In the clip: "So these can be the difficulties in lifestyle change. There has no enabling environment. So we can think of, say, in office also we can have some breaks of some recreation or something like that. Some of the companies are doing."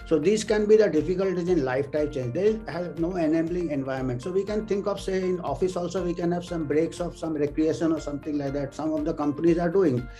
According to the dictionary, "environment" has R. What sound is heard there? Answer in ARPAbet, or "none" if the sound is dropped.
none